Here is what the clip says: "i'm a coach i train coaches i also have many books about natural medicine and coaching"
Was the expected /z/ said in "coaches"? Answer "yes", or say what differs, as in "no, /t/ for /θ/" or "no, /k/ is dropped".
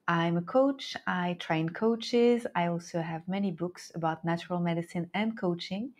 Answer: yes